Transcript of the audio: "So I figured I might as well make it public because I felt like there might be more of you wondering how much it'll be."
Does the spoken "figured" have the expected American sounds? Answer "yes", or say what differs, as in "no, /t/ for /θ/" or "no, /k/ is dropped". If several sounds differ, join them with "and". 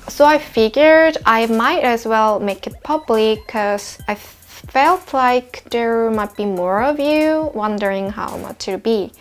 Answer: yes